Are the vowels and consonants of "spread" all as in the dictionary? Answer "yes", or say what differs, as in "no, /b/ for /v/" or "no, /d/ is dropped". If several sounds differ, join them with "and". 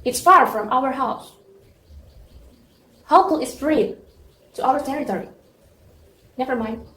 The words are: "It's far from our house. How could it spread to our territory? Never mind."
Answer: no, /f/ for /p/